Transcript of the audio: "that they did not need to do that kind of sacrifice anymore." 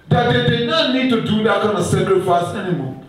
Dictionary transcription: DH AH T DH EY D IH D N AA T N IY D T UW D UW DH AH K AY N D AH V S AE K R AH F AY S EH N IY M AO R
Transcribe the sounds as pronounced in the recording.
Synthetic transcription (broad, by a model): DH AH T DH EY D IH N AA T N IY D T UW D UW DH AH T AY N AH S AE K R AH F AY S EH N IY M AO